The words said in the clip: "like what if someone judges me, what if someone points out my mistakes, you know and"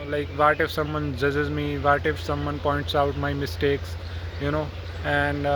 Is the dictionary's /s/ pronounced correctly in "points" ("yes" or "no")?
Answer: yes